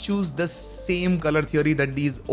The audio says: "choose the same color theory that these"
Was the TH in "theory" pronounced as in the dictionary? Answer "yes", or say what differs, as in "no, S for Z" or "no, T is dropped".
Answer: no, T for TH